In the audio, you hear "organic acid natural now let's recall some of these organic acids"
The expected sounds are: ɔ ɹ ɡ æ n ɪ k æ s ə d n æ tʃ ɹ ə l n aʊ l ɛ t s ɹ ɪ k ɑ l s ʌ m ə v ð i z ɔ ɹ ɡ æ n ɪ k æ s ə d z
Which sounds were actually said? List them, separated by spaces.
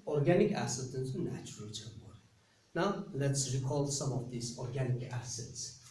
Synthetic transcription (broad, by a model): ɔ ɹ ɡ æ n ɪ k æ s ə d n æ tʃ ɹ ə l n aʊ l ɛ t s ɹ ɪ k ɑ l s ʌ m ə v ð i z ɔ ɹ ɡ æ n ɪ k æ s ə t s